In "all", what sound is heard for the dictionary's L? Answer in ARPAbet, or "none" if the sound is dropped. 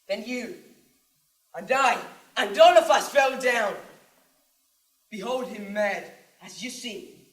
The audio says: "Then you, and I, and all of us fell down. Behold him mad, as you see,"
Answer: N